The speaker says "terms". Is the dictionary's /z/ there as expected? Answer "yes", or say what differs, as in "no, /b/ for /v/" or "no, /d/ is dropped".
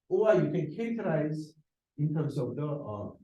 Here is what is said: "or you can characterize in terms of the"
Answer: no, /s/ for /z/